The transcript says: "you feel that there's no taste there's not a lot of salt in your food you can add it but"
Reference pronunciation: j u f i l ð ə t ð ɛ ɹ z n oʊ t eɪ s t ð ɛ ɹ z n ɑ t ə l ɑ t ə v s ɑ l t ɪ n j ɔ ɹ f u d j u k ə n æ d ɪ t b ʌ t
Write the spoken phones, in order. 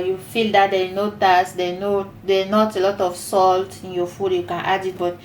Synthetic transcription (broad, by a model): j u f i l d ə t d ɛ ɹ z n oʊ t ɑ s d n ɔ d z n ɑ t ə l ɑ t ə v s ɑ l t ɪ n j ɔ f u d j u k ə n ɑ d ɪ t b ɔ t